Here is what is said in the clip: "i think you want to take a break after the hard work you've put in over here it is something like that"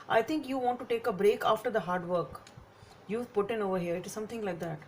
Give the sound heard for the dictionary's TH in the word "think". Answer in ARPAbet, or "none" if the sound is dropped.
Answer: T